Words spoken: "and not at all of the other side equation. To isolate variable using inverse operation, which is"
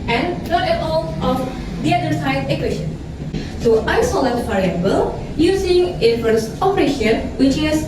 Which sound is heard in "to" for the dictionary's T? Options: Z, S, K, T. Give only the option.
S